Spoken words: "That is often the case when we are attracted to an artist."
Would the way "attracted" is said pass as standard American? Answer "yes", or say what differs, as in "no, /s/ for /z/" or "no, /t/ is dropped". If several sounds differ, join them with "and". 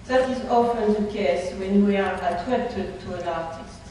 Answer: no, /k/ is dropped